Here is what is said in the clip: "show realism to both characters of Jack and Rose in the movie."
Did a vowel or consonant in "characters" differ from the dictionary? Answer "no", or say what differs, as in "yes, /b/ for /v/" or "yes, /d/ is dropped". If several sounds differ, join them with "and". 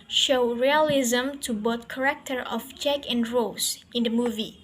yes, /z/ is dropped